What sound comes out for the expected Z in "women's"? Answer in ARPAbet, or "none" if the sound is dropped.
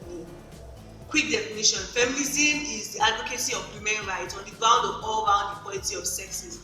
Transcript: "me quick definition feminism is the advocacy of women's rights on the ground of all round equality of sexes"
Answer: none